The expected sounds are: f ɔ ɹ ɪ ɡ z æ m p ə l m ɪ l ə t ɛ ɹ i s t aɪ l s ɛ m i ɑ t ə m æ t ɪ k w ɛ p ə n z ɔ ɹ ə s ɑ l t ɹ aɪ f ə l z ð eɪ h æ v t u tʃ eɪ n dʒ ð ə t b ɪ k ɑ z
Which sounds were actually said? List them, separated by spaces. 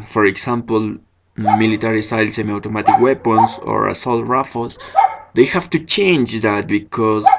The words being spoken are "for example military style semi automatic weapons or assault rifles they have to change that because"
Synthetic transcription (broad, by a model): f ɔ ɹ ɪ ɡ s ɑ m p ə l m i l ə t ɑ ɹ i s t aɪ l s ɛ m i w t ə m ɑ t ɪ k w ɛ p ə n s ɔ ɹ ə s ɑ l t ɹ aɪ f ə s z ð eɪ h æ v t u tʃ eɪ n dʒ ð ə t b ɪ k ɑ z